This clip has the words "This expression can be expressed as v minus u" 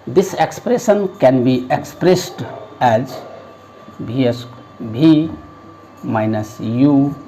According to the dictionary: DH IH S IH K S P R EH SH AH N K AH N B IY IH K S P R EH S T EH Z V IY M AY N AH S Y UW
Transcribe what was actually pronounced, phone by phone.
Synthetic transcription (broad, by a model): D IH S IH K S P R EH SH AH N K AH N B IY IH K S P R EH S T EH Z B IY M AY N AH S Y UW